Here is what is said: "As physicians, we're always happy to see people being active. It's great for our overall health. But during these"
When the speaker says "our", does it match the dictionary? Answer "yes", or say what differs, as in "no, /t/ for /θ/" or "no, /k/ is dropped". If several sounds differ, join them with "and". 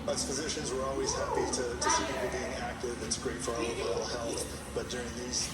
no, /l/ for /ɹ/